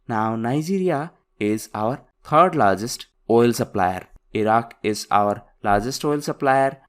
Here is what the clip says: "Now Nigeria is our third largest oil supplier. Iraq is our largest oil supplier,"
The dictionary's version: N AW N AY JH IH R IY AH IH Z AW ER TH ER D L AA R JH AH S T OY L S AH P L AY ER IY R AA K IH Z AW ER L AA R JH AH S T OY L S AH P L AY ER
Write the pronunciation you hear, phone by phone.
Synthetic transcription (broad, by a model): N AW N AY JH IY R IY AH IH Z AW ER T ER D L AA R JH AH S T OY L S AH P L AY ER IY R AA K IH Z AW ER L AA R JH AH S T OY L S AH P L AY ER